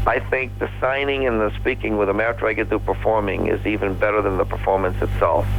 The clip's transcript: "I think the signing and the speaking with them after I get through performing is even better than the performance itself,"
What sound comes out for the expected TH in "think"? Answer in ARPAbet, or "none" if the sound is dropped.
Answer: TH